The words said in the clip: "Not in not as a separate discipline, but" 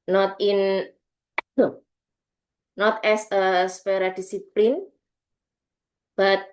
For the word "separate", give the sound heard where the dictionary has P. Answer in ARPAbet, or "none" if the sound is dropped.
none